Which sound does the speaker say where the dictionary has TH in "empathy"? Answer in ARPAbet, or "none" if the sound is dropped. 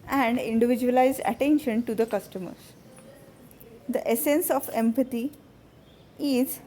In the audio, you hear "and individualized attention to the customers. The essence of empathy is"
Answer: T